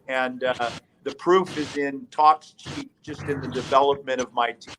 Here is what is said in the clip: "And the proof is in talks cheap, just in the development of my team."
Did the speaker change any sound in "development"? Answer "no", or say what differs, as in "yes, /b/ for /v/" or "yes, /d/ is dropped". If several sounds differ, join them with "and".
yes, /n/ is dropped